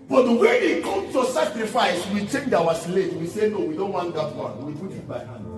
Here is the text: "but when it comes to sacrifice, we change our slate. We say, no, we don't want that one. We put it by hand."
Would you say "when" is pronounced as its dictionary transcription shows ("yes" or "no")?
no